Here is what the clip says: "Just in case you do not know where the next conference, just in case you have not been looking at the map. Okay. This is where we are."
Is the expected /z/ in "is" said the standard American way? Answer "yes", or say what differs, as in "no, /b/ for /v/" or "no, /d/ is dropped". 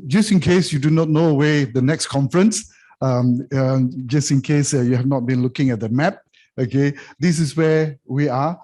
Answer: no, /s/ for /z/